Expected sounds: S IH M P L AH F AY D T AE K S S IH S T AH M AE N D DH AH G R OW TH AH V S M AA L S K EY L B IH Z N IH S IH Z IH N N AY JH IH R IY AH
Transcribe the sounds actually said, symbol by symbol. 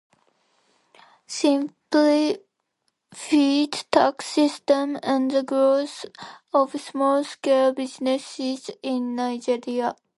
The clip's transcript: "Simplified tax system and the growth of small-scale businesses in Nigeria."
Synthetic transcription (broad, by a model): S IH M P L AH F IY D T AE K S S IH S T AH M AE N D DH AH G R OW S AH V S M AA L S K EY L B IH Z N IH S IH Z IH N N AY JH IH R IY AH